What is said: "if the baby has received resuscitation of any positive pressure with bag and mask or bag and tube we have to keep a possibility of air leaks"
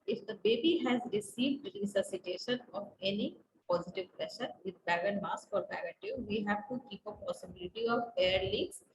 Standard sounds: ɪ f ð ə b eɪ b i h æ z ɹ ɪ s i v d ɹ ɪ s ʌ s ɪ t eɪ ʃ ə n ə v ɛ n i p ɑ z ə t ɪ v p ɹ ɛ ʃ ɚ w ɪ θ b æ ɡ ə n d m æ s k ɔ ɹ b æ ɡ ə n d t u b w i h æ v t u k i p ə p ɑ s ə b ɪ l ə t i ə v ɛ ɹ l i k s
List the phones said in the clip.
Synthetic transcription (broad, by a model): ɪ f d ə b eɪ b i h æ z ɹ ɪ s i v d ɹ ɪ s ʌ s ɪ t eɪ ʃ ə n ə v ɛ n i p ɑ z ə t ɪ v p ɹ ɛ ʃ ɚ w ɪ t b æ ɡ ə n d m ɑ s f ɔ ɹ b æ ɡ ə t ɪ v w i h æ v t u k i p ə p ɑ s ə b ɪ l ə t i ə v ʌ ɹ l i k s